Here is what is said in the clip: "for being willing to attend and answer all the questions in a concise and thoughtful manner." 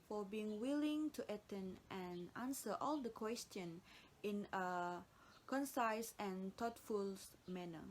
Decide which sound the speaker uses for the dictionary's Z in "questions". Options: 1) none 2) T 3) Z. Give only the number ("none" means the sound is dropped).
1